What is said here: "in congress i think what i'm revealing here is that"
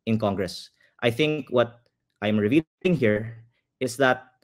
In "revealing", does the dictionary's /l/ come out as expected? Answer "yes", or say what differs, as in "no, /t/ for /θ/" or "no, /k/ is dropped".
no, /l/ is dropped